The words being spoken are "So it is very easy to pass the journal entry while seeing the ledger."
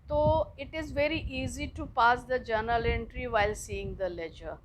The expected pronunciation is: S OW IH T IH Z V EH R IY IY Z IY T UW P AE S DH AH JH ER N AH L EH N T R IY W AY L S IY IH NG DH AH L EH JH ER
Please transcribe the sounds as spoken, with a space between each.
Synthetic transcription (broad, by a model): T OW IH T IH Z V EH R IY IY Z IY T UW P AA S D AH JH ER N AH L EH N T R IY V AY L S IY IH NG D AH L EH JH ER